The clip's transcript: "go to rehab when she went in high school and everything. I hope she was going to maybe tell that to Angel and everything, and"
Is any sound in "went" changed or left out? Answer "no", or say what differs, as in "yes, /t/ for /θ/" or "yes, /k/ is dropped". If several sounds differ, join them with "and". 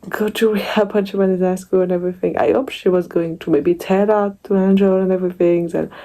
yes, /t/ is dropped